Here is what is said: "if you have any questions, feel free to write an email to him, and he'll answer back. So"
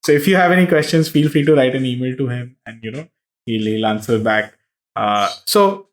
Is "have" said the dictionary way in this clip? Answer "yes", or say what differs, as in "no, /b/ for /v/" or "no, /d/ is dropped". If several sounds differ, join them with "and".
yes